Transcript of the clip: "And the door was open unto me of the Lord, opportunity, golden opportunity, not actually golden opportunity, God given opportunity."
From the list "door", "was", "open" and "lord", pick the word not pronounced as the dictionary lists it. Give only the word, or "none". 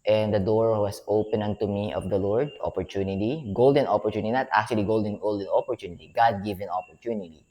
was